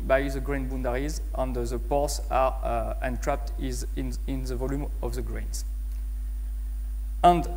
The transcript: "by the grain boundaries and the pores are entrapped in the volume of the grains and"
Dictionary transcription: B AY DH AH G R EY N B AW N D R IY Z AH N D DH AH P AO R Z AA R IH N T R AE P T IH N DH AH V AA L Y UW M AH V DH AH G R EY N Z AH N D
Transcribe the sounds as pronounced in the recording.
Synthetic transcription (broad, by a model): B AY DH AH G R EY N B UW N D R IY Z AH N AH DH AH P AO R S AA R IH N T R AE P T IH N DH AH V AA L Y UW M AH V DH AH G R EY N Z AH N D